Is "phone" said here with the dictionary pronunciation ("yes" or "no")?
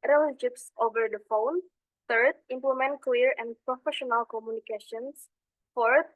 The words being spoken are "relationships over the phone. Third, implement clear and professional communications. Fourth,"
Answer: yes